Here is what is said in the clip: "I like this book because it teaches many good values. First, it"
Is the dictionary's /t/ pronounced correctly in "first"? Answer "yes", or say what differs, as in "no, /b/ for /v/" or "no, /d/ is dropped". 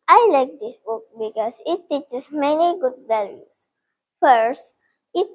yes